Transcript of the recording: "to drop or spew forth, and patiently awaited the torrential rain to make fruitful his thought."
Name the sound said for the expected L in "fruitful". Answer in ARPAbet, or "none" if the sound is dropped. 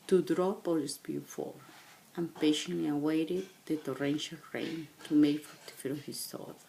N